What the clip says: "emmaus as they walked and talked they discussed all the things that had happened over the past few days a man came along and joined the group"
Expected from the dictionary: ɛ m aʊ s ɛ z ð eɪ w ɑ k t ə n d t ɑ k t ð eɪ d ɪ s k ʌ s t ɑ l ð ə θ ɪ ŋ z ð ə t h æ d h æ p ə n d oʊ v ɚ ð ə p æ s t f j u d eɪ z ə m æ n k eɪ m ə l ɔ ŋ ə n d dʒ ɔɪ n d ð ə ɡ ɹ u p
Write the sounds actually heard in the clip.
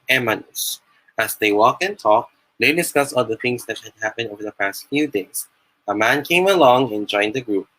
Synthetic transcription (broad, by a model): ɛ m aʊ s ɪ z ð eɪ w ɑ k ə n t ɑ k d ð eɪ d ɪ s k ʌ s ɑ l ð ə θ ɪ ŋ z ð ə t h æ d h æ p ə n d oʊ v ɚ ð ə p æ s t f j u d eɪ s ə m æ n k eɪ m ə l ɔ ŋ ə n dʒ ɔɪ n d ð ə ɡ ɹ u p